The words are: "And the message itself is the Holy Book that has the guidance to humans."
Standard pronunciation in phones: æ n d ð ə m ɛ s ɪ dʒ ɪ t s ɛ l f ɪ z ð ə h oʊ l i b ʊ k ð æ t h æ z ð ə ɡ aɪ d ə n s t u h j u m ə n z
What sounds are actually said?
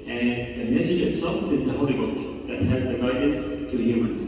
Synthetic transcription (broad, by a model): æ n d ð ə m ɛ s ɪ dʒ ɪ t s ɛ l f ɪ z ð ə h oʊ l i b ʊ k ð æ t h æ z ð ə ɡ aɪ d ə n s t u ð j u m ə n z